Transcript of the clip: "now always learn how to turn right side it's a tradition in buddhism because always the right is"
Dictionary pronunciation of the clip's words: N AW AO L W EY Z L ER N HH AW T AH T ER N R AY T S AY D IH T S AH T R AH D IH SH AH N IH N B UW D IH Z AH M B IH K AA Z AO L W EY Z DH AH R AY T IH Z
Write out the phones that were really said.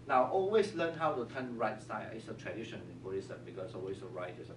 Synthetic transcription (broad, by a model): N AW AO L W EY S L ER N HH AW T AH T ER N R AY T S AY IH T S AH T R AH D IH SH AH N IH N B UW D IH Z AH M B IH K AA S AO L W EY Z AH R AY T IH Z